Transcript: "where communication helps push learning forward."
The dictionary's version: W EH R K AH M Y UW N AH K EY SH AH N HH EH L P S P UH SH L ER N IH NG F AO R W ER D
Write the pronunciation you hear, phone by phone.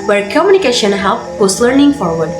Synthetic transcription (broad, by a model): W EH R K AH M Y UW N AH K EY SH AH N HH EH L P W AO S L ER N IH NG F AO R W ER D